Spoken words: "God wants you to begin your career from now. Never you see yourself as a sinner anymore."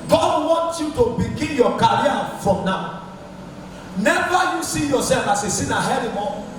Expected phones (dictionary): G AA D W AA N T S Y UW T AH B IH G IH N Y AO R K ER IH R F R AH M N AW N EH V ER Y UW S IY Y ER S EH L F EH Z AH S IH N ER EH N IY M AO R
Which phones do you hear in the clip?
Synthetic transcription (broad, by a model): G AA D W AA N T Y UW T AH B IH G IH N Y AO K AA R F R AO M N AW N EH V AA Y UW S IY Y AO S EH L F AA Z AH S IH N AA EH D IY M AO